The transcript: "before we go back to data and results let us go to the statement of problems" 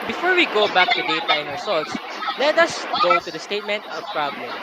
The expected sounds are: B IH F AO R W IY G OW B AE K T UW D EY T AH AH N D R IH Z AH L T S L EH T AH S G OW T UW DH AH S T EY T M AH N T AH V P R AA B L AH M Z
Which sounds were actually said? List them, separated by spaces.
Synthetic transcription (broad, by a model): B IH F AO R W IY G OW B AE K T UW D EY T AH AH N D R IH S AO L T S L EH T AH S G OW T UW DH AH S T EY T M AH N T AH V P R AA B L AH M